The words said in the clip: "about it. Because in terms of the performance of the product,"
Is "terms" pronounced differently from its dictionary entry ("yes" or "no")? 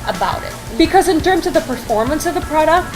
no